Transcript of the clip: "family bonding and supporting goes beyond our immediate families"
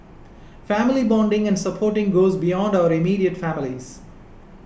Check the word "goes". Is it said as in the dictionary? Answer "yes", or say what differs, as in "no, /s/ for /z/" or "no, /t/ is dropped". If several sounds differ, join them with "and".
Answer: yes